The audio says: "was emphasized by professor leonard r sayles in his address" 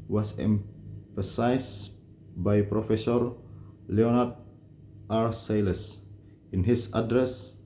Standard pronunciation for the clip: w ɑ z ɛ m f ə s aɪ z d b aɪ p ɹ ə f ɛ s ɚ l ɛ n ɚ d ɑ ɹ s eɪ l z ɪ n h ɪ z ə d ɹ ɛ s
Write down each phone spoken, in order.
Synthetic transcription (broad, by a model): w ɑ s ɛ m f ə s aɪ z b aɪ p ɹ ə f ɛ s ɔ l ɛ n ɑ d ɑ ɹ s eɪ l s ɪ n h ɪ s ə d ɹ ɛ s